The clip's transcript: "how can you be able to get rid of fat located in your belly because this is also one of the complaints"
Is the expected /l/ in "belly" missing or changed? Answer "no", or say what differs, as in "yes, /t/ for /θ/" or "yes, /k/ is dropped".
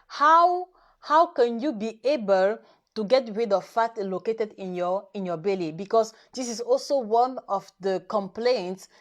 no